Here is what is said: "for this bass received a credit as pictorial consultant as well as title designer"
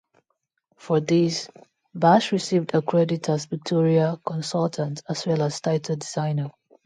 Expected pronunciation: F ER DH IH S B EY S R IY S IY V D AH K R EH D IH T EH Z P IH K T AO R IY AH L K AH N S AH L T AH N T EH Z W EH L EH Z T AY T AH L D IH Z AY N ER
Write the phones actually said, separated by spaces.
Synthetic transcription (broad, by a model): F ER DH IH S B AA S R IY S IY V D AH K R EH D IH T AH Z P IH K T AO R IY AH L K AH N S AH L T AH N T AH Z W EH L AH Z T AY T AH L D IH Z AY N ER